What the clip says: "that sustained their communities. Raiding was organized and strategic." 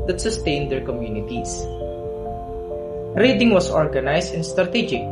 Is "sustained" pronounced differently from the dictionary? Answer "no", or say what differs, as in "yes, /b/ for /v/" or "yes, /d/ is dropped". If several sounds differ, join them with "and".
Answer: no